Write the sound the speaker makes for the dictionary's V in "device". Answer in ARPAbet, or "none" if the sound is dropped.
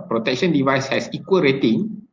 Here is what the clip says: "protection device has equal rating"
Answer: V